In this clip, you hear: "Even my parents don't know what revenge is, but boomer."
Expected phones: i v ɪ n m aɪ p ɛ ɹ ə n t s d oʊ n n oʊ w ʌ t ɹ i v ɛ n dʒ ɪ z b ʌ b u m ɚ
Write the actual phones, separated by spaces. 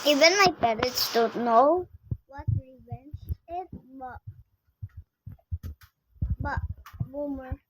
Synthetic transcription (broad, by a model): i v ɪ n m aɪ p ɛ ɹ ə t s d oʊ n n oʊ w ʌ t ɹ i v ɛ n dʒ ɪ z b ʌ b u m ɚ